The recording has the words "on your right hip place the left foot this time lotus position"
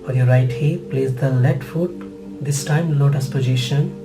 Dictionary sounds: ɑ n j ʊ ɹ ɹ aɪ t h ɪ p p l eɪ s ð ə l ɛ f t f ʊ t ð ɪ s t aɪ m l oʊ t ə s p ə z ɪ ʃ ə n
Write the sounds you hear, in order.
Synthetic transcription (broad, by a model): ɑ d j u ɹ ɹ aɪ t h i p p l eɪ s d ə l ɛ t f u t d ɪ s t aɪ m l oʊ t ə s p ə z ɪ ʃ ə n